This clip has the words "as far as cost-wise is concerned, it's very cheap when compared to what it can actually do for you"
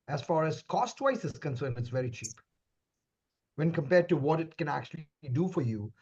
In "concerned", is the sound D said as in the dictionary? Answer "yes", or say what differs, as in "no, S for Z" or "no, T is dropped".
no, D is dropped